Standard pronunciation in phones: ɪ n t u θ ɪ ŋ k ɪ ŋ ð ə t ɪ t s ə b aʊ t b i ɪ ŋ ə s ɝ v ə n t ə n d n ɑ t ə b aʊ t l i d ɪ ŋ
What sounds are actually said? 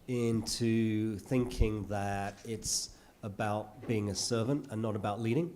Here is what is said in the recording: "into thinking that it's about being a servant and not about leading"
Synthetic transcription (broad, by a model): ɪ n t u θ ɪ ŋ k ɪ ŋ ð ə t ɪ t s ə b aʊ t b i ɪ ŋ ə s ɝ v ə n t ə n n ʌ t ə b aʊ t l i d ɪ ŋ